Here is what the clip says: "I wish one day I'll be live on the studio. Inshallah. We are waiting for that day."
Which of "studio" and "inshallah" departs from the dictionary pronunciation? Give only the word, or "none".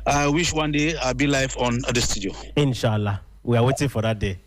none